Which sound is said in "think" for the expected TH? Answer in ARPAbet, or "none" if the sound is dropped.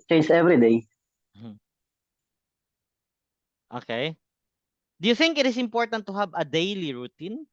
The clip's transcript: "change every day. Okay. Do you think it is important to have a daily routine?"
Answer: TH